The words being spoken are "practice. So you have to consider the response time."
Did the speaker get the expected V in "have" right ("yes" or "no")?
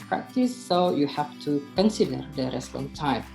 no